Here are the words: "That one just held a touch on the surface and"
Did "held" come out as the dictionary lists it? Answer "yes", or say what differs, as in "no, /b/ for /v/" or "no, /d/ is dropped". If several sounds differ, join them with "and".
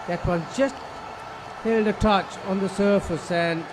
yes